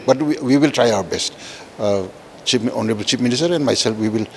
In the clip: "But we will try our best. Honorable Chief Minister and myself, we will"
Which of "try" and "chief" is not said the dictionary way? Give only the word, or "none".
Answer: chief